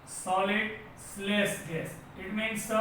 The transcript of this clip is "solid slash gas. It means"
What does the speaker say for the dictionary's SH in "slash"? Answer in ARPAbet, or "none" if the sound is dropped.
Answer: S